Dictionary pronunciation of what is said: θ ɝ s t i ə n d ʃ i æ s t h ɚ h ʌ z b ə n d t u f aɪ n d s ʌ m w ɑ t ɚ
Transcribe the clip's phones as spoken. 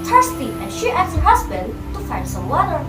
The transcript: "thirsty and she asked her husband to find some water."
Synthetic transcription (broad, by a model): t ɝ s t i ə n ʃ i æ t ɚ h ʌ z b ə n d t u f aɪ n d s ʌ m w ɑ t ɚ